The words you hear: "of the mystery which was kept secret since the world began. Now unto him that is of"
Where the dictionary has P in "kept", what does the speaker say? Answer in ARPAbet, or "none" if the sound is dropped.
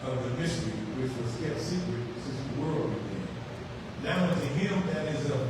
none